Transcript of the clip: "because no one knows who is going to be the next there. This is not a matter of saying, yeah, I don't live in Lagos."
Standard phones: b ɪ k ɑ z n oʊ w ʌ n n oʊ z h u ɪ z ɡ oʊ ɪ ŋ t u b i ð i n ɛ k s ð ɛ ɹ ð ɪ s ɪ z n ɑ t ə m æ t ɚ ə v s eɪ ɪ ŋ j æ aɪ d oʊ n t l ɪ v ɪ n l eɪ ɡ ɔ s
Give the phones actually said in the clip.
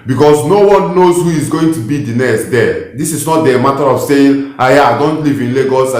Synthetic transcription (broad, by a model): b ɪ k ɑ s n oʊ w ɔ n n oʊ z h u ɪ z ɡ oʊ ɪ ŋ t u b i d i n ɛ s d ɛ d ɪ s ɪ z n ɑ t ə m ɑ t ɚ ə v s eɪ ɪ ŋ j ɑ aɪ d oʊ n t l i v ɪ n l eɪ ɡ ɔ s